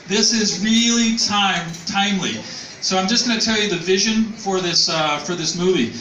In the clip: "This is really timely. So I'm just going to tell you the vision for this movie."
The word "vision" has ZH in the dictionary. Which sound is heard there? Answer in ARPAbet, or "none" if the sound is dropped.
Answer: ZH